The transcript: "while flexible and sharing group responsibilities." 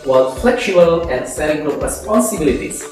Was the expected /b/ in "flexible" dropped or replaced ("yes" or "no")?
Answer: yes